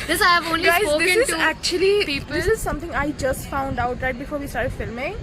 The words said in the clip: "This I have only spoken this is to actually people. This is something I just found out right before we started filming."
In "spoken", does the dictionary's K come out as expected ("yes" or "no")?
no